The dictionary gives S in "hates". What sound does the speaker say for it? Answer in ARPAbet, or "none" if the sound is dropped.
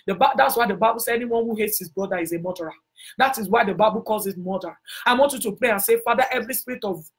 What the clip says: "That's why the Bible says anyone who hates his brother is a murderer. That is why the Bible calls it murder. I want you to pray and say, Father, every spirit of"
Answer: S